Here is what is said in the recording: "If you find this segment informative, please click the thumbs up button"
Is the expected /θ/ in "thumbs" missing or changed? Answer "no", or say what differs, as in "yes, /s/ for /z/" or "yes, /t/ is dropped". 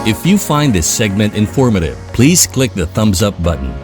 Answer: no